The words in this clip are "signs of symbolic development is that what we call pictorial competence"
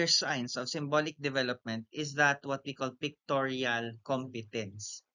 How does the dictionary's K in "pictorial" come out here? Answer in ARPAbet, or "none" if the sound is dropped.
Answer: K